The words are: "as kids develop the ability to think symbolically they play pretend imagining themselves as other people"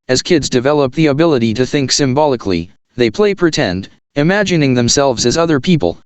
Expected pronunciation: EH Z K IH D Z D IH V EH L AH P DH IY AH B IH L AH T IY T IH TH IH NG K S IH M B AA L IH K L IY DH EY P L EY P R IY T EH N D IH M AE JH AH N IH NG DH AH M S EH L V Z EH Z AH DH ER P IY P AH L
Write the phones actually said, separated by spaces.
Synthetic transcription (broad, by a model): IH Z K IH D Z D IH V EH L AH P DH IY AH B IH L AH T IY T IH TH IH NG K S IH M B AA L IH K L IY DH EY P L EY P R IY T EH N D IH M AE JH AH N IH NG DH AH M S EH L V Z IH Z AH DH ER P IY P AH L